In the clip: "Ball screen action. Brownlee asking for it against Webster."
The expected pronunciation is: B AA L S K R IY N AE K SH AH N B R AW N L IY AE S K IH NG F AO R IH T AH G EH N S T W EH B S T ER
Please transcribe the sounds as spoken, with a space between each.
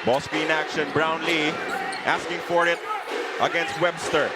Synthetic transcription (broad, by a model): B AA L S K IY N AE K SH AH N B R AW N L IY AE S K IH NG F AO R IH T AH G EH N S T W EH B S T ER